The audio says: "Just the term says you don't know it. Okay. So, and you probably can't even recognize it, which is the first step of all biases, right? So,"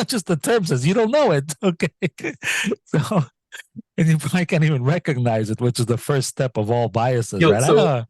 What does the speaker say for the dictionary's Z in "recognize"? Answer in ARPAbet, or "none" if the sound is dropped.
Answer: Z